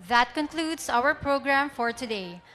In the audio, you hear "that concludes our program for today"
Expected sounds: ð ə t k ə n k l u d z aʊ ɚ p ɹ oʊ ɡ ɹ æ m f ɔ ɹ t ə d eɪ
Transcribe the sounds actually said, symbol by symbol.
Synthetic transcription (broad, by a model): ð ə t k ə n k l u d s aʊ ɚ p ɹ oʊ ɡ ɹ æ m f ɔ ɹ t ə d eɪ